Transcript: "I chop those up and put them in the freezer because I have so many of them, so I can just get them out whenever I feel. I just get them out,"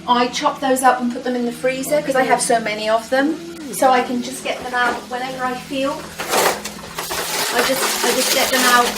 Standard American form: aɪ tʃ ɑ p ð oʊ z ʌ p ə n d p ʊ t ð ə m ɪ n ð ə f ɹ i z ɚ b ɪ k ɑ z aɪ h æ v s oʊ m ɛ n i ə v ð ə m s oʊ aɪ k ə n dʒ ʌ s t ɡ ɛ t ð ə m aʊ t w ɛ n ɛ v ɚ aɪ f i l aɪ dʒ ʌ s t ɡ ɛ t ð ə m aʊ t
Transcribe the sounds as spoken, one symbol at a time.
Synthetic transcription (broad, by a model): aɪ tʃ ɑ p ð oʊ z ʌ p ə n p ʊ t ð ə m ɪ n ð ə f ɹ i z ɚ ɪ k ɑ z aɪ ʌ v s oʊ m ɛ n i ə v ð ə m s oʊ aɪ k ə n dʒ ʌ s ɡ ɛ t ð ə m aʊ t w ɛ n ɛ v ɚ aɪ f i l aɪ dʒ ʌ s t ɡ ɛ t ð ə m aʊ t